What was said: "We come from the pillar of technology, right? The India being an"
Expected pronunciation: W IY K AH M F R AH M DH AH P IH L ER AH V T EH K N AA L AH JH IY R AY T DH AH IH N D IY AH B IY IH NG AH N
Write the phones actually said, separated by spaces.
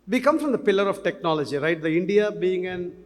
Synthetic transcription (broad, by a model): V IY K AH M F R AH M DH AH P IH L ER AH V T EH K N AA L AH JH IY R AY T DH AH IH N D IY AH B IY IH NG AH N